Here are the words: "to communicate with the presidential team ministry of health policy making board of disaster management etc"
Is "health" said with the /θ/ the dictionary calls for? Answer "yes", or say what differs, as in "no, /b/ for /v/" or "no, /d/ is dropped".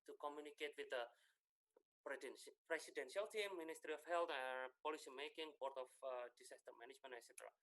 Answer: no, /t/ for /θ/